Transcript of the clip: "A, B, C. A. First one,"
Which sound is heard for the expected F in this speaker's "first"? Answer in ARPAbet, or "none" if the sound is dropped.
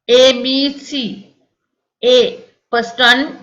P